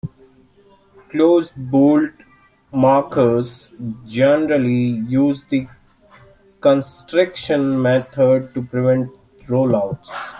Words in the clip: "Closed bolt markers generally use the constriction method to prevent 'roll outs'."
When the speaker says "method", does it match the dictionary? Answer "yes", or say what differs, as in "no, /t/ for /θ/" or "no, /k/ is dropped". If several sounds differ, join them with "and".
no, /t/ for /θ/